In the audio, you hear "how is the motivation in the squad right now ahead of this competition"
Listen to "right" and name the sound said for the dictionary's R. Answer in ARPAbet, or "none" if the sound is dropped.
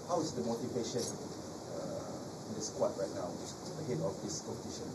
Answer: R